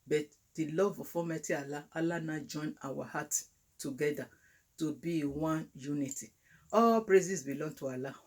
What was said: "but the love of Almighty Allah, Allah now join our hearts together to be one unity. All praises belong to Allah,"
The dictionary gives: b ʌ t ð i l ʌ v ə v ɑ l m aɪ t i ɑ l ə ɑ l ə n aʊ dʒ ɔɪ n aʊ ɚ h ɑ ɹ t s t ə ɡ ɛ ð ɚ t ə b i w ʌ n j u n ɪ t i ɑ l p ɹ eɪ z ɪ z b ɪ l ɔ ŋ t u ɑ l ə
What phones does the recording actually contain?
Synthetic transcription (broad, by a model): b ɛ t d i l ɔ v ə f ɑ m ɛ t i ɑ l ə ɑ l ə n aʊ dʒ ɔɪ n aʊ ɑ h ɑ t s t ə ɡ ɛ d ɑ t ə b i w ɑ n j u n ɪ t i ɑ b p ɹ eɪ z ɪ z b ɪ l ɔ ŋ t u ɑ l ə